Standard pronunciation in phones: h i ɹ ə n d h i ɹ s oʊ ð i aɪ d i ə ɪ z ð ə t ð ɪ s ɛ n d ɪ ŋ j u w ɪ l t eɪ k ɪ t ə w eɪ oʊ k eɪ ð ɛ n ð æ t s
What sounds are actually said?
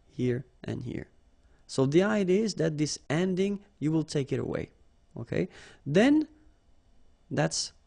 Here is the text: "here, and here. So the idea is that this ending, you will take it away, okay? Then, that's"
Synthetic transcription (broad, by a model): h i ɹ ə n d h i ɹ s oʊ ð i aɪ d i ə ɪ z ð ə t ð ɪ s ɛ n d ɪ ŋ j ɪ w ɪ l t eɪ k ɪ t ə w eɪ oʊ k eɪ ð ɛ n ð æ t s